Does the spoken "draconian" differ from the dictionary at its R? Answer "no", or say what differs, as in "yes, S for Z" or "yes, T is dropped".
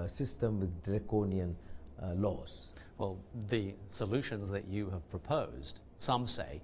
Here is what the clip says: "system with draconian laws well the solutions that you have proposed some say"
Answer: no